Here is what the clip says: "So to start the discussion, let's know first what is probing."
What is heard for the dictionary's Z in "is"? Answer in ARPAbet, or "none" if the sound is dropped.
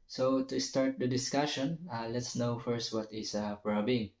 S